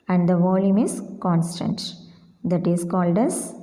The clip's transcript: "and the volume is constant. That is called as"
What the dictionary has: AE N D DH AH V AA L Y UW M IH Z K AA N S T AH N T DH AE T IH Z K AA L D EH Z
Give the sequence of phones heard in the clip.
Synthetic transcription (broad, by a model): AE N D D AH V AA L Y UW M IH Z K AA N S T AH N T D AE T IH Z K AA L D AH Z